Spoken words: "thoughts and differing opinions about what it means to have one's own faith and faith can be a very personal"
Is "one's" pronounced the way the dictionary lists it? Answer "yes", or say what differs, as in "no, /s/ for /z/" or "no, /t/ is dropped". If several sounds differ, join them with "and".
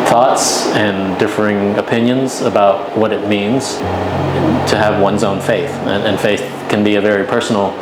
yes